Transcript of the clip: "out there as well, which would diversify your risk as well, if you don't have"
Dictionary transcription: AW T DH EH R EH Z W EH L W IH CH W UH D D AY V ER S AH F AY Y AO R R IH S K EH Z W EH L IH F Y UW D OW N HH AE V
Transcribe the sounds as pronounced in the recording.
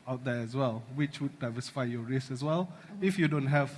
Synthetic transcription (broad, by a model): AW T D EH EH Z W EH L W IH CH W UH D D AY V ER S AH F AY Y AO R R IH S EH S W EH L IH F Y UW D OW N HH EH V